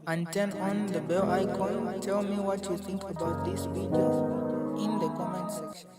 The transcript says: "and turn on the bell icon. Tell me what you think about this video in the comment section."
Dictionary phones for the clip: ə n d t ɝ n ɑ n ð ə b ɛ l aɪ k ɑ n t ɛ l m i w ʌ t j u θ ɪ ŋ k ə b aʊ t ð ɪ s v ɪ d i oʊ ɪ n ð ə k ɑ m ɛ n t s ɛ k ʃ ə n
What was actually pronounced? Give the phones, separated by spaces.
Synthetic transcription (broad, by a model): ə n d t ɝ n ɑ n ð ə b ɛ l aɪ k ɑ n t ɛ l m i w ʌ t j u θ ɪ ŋ k ə b aʊ t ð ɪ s p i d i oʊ ɪ n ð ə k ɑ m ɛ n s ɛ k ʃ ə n